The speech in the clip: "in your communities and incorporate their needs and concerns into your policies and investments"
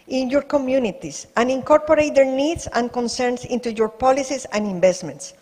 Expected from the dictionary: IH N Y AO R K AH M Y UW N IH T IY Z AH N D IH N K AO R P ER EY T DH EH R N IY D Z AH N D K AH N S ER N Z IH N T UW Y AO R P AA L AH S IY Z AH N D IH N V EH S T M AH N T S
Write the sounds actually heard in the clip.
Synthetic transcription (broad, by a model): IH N Y AO R K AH M Y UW N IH T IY S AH N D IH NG K AO R P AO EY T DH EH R N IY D S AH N K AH N S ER N S IH N T UW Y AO R P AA L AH S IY S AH N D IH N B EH S T M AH N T S